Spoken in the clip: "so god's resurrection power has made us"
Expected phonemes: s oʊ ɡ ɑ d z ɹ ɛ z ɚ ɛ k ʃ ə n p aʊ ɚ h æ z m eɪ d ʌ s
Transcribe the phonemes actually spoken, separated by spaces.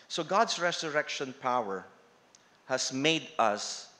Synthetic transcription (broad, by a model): s oʊ ɡ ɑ d s ɹ ɛ s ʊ ɛ k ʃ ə n p aʊ ɚ h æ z m eɪ d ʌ s